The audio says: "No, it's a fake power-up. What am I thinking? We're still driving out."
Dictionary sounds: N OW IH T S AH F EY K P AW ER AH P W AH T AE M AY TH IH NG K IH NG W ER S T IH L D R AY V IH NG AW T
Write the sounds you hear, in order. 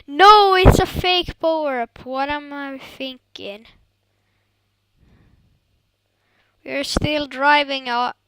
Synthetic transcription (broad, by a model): N OW IH T S AH F EY K B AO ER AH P W AH T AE M AY TH IH NG K IH NG W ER S T IH L D R AY V IH NG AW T